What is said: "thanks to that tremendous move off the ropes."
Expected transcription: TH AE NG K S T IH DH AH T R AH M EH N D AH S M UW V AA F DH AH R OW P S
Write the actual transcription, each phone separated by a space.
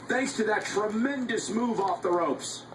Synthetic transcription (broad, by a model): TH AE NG K S T IH DH AH T R AH M EH N D AH S M UW V AA F DH AH R OW P S